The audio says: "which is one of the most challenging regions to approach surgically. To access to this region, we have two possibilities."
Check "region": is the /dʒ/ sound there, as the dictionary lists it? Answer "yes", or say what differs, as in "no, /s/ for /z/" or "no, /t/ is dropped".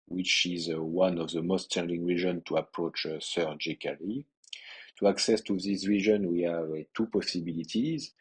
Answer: no, /ʒ/ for /dʒ/